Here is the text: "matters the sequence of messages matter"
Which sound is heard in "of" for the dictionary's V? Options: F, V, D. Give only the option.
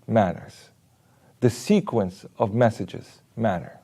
V